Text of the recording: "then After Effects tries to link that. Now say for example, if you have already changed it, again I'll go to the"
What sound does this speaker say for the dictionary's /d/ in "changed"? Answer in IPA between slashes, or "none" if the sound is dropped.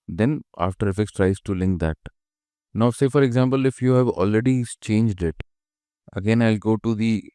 /d/